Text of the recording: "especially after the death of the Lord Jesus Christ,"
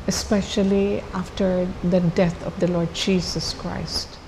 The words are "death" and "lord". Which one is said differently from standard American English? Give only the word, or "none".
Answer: death